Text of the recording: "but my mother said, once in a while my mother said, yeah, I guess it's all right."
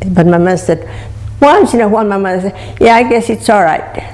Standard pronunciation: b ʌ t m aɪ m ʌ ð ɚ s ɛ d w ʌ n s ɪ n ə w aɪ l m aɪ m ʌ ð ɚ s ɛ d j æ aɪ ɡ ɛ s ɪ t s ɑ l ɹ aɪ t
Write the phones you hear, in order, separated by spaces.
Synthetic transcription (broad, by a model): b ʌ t m aɪ m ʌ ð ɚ s ɛ d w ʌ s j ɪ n ə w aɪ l m aɪ m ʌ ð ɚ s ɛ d j æ aɪ ɡ ɛ s ɪ t s ɑ l ɹ aɪ t